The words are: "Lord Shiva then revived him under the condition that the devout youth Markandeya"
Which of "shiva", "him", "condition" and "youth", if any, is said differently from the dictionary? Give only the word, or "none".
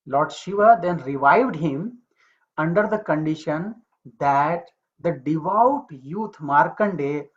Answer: youth